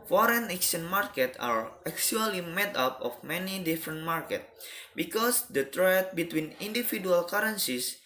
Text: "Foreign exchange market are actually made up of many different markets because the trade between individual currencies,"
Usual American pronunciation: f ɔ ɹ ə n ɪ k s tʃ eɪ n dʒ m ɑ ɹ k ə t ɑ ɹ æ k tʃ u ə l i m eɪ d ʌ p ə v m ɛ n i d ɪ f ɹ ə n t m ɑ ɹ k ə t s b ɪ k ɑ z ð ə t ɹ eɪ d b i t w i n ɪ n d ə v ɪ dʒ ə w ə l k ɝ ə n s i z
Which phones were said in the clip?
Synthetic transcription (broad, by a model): f ɔ ɹ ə n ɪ k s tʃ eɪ n m ɑ ɹ k ə t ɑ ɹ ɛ k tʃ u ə l i m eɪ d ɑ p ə f m ɛ n i d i f ɹ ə n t m ɑ ɹ k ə t b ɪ k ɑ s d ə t ɹ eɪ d b i t w i n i n d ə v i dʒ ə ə l k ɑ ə n s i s